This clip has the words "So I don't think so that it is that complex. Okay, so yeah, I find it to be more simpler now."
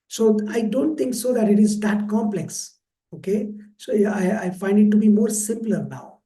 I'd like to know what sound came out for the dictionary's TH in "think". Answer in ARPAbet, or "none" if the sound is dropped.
T